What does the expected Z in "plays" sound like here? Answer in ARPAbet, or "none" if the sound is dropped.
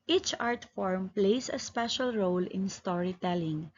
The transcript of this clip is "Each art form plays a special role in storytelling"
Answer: S